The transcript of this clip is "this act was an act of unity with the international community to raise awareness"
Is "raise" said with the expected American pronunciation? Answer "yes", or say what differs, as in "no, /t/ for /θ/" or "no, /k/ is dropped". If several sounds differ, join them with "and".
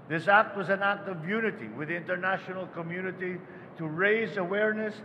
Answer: yes